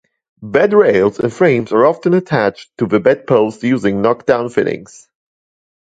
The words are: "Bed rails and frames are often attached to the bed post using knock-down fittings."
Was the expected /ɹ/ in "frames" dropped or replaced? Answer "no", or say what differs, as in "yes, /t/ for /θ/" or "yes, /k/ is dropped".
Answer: no